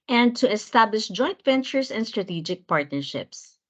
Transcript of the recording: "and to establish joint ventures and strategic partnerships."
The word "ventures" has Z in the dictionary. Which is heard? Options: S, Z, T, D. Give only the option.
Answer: S